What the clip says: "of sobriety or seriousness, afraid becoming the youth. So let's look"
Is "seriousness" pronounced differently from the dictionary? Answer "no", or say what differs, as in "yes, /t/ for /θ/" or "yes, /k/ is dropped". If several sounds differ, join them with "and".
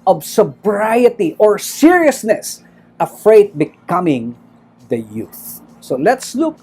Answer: no